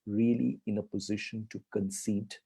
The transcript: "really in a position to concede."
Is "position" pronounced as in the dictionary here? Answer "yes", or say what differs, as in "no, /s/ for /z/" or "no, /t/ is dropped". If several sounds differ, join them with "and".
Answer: yes